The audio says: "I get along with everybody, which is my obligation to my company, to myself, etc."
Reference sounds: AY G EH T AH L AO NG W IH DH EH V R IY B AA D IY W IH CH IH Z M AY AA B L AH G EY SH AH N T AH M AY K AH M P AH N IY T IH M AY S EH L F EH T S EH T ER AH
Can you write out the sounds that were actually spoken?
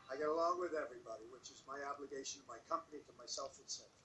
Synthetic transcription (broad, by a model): AY G EH T AH L AO NG W IH DH EH V R IY B AA D IY W IH CH IH Z M AY AA B L AH G EY SH AH N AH M AY K AH M P AH N IY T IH M AY S EH L F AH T S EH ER